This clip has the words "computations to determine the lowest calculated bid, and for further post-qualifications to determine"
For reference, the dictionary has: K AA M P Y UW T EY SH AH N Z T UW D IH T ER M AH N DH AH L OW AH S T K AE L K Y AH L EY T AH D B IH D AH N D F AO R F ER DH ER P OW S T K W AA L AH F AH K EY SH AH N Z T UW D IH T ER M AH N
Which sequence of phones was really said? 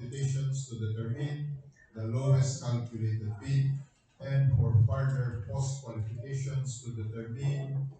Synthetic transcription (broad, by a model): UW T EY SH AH N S T UW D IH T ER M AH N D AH L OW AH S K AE L K Y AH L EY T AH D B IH AH N D F AO R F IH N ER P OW S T K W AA L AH F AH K EY SH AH N S T UW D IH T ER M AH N